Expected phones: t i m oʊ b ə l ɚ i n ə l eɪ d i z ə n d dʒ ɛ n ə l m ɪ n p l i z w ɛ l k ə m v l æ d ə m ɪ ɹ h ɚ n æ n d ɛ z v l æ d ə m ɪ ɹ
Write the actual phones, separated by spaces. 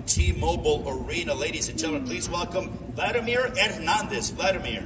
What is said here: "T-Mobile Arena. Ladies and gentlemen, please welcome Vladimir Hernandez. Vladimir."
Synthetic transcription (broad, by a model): t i m oʊ b l ɚ i n ə l eɪ d i z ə n dʒ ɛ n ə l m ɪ n p l i z w ɛ l k ə m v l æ d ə m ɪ ɹ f n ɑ n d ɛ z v l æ d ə m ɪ ɹ